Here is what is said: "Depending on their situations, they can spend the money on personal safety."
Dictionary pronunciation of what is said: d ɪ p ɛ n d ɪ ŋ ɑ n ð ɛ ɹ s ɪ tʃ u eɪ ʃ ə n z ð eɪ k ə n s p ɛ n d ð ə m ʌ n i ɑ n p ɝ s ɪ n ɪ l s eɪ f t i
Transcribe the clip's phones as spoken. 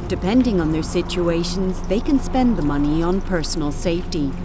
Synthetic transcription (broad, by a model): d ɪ p ɛ n d ɪ ŋ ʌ n ð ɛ ɹ s ɪ tʃ u eɪ ʃ ə n z ð eɪ k ə n s p ɛ n ð ə m ʌ n i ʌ n p ɝ s n l s eɪ f t i